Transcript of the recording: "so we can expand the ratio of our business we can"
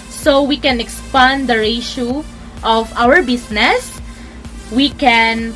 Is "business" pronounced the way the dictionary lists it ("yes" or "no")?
no